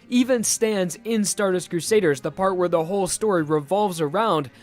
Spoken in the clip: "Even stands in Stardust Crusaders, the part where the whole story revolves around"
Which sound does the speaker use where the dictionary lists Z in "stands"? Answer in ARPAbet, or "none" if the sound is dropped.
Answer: Z